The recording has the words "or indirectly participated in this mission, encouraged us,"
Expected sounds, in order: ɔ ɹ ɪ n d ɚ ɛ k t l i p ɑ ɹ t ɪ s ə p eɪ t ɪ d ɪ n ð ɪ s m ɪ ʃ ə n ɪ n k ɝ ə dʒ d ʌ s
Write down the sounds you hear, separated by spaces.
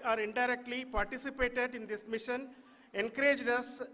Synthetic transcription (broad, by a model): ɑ ɹ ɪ n d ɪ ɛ k t l i p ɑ ɹ t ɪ s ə p eɪ t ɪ d ɪ n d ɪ s m ɪ ʃ ə n ɪ n k ɝ ə dʒ d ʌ s